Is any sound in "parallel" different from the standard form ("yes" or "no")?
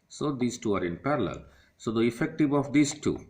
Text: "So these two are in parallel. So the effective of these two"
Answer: no